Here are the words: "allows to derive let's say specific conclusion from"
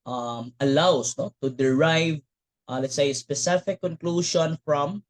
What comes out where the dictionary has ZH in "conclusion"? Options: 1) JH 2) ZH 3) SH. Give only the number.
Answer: 3